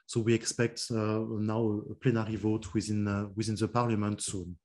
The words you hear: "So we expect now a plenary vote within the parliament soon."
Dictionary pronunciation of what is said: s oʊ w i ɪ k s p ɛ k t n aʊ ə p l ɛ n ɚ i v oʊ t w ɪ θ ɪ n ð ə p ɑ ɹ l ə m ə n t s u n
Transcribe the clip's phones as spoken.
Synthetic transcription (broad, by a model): s oʊ w i ɪ k s p ɛ k t n aʊ ə p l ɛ n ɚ i v oʊ t w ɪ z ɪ n ð ə p ɑ ɹ l ə m ə n t s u n